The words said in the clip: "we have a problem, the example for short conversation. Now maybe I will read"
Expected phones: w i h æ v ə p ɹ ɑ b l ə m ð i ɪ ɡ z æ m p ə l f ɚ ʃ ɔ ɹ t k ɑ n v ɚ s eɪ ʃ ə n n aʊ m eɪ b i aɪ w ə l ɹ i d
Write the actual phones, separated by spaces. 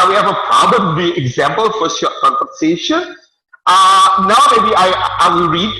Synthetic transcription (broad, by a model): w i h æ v ə p ɹ ɑ b l ə m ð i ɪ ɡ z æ m p ə l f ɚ s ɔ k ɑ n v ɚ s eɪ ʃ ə n n aʊ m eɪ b i aɪ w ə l ɹ i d